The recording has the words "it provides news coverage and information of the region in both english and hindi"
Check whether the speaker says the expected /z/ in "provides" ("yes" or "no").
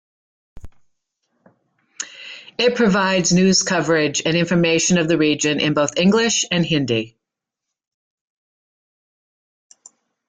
yes